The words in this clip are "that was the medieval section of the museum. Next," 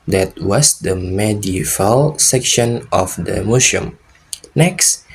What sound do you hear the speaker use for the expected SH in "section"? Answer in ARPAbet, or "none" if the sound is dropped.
SH